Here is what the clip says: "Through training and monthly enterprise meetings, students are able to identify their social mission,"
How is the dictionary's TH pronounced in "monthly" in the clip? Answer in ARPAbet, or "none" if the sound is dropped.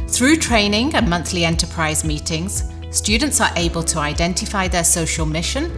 TH